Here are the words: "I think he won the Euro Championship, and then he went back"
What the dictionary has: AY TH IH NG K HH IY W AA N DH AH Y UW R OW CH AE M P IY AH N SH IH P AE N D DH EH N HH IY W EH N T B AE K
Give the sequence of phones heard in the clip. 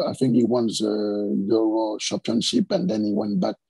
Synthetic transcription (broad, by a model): AY TH IH NG K HH IY W AA N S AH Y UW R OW SH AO P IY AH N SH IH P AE N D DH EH N HH IY W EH N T B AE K